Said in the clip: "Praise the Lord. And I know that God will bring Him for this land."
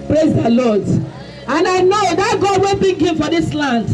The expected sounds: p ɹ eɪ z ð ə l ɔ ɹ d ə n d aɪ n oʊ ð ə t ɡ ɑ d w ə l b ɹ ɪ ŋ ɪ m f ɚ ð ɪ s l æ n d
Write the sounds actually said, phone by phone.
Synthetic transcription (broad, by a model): p ɹ eɪ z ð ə l ɔ d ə n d aɪ n oʊ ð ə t ɡ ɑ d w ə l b ɪ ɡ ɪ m f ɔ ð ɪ s l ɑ n d